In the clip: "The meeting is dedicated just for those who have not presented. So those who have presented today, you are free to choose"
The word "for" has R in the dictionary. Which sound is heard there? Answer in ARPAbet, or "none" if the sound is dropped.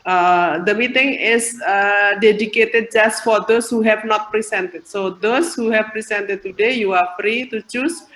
R